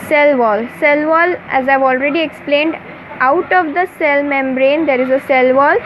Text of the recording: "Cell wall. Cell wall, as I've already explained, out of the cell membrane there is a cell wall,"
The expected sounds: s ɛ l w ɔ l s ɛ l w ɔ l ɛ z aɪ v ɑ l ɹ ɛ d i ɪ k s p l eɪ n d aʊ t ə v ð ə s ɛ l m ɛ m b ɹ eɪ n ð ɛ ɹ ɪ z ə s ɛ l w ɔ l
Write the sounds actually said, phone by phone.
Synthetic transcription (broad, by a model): s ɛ l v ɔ l s ɛ l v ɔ l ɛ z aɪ v ɑ l ɹ ɛ d i ɪ k s p l eɪ n d aʊ t ə v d ə s ɛ l m ɛ m b ɹ eɪ n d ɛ ɹ ɪ z ə s ɛ l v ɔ l